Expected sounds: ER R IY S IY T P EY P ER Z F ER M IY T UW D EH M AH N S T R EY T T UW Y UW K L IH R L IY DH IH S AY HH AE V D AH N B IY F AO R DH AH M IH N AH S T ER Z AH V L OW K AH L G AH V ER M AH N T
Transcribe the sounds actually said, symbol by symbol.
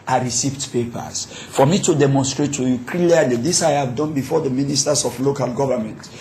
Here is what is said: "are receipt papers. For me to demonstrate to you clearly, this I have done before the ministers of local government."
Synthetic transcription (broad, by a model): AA R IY S IY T P EY P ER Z F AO M IY T UW D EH M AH N S T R EY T T UW Y UW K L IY L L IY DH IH S AY HH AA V D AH N B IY F AO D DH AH M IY N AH S T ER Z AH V L OW K AH L G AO V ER M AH N T